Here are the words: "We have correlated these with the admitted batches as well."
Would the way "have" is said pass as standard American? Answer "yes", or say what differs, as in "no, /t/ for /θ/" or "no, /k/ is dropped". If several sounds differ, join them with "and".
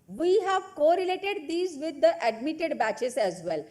yes